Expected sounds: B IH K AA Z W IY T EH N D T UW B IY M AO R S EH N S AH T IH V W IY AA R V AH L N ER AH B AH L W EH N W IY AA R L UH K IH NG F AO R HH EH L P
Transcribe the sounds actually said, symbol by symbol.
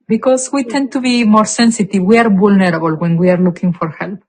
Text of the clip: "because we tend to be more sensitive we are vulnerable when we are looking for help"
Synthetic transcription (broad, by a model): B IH K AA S W IY T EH N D T UW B IY M AO R S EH N S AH T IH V W IY AA R B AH L N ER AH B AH L W EH N W IY AA R L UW K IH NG F AO R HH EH L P